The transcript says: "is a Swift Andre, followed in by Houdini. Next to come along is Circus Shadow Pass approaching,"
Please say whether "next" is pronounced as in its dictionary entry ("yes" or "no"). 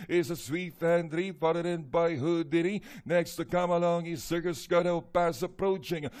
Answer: yes